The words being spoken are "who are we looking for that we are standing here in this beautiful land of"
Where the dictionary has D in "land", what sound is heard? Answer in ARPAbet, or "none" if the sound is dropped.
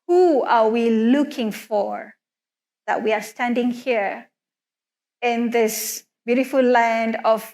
D